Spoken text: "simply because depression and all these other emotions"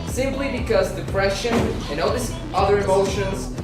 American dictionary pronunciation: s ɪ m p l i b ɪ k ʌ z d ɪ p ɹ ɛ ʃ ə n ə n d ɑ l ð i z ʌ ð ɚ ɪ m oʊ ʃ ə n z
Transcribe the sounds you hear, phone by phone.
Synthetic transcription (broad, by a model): s ɪ m p l i b ɪ k ʌ z d ɪ p ɹ ɛ ʃ ə n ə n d ɑ l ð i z ʌ ð ɚ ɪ m oʊ ʃ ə n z